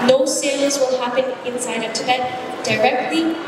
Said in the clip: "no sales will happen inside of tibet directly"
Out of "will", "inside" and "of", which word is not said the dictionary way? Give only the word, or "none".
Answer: of